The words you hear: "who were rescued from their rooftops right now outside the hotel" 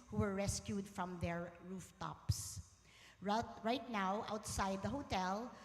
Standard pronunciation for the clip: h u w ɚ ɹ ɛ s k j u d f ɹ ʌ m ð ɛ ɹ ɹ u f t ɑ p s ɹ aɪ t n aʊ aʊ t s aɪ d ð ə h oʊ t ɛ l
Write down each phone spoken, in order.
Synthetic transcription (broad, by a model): h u w ɚ ɹ ɛ s k j u d f ɹ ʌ m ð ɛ ɹ ɹ u f t ɑ p s ɹ aɪ t n aʊ aʊ t s aɪ d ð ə h oʊ t ɛ l